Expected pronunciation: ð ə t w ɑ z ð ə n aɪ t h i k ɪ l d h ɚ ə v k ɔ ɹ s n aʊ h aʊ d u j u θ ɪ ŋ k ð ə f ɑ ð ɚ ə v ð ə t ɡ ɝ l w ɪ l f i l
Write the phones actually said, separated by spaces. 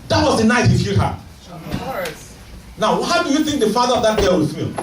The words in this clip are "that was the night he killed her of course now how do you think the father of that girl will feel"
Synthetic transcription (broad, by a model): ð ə t w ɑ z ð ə n aɪ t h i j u d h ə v n aʊ h aʊ d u j u θ ɪ ŋ k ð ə f ɑ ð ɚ ə v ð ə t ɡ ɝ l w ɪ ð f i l